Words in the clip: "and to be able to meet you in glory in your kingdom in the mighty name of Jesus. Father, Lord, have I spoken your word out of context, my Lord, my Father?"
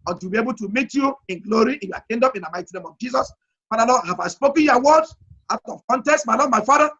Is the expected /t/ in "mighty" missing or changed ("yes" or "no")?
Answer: no